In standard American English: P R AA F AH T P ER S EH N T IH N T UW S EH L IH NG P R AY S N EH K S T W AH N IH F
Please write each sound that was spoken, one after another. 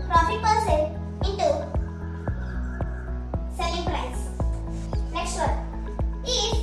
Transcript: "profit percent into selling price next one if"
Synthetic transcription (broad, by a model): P R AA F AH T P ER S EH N IH N T UW S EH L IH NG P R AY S N EH K S T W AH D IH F